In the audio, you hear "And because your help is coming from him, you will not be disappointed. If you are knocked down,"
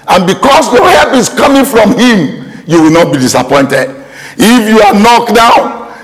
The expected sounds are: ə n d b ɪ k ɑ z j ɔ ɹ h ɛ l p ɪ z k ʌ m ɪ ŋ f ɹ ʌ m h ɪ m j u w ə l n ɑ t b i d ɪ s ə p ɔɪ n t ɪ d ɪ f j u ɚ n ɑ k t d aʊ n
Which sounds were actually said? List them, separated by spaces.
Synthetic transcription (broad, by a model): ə n b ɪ k ɑ s j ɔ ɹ h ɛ p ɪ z k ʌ m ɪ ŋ f ɹ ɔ m h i m j u w ə l n ɑ t b i d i s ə p ɔɪ n t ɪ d ɪ f j u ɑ n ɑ k d aʊ n